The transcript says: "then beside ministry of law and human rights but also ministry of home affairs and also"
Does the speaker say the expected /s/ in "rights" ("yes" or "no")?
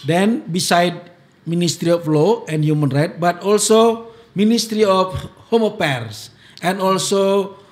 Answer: no